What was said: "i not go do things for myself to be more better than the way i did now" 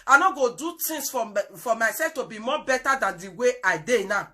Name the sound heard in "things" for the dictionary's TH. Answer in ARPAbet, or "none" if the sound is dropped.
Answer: T